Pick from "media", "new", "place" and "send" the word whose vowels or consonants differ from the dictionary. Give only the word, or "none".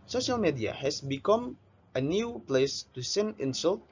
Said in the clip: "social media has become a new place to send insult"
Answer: send